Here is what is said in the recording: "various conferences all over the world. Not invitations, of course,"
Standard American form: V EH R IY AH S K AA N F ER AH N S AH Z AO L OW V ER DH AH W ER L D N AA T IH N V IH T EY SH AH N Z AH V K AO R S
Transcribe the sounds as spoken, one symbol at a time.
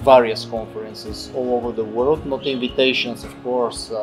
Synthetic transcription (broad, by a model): V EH R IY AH S K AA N F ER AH N S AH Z AO L OW V ER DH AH W ER L D N AA T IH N V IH T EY SH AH N S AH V K AO R S